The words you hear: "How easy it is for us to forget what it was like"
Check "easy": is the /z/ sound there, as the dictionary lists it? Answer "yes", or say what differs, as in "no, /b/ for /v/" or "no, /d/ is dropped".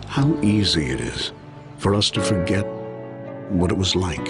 yes